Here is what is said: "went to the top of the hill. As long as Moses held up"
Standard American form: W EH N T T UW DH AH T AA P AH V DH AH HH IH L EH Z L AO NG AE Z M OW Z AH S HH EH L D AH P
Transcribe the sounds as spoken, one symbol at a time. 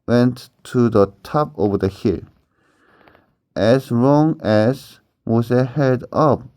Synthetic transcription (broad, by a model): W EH N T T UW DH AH T AA P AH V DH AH HH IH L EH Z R AO NG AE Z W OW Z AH HH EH D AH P